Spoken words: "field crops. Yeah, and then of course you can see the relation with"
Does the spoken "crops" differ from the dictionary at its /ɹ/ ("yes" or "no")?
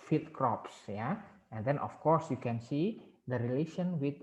no